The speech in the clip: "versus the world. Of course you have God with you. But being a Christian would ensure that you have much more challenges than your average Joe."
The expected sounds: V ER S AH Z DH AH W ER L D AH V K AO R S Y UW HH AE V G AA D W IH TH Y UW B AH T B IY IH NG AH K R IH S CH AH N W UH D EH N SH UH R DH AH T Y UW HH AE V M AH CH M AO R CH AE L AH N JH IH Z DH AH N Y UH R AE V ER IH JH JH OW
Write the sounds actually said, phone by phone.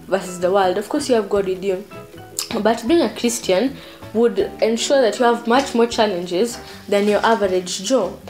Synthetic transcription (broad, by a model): V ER S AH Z DH AH W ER L D AH V K AO R S Y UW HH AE V G AA D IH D Y UW B AH T B IY IH NG AH K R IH S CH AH N W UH D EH N SH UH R DH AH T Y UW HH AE V M AH CH M AO R CH AE L AH N JH IH Z DH AH N Y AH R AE V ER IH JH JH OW